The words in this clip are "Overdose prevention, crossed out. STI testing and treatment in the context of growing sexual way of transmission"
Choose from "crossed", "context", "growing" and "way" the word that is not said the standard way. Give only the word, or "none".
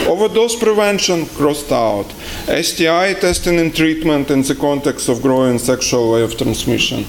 none